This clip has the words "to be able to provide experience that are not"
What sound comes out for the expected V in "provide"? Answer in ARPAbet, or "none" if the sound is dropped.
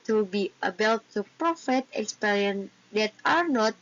F